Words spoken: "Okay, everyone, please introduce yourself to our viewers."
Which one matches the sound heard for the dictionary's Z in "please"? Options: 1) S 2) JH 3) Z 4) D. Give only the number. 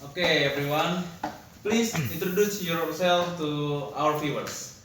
1